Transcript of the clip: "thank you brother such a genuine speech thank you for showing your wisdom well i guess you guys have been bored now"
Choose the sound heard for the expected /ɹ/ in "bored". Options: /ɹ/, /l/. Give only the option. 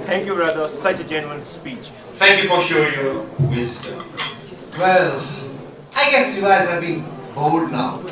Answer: /l/